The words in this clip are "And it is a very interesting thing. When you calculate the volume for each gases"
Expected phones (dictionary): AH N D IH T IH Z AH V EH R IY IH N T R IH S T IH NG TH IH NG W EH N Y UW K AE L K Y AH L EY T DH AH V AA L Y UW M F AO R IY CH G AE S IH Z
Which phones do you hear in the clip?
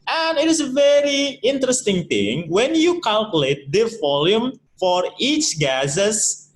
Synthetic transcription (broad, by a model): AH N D IH T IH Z AH V EH R IY IH N T R IH S T IH NG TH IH NG W EH N Y UW K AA L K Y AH L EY T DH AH V AA L Y UW M F AO R IY CH G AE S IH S